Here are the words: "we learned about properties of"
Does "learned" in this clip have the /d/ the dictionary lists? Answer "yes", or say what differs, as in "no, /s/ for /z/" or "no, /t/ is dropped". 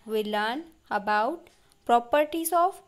no, /d/ is dropped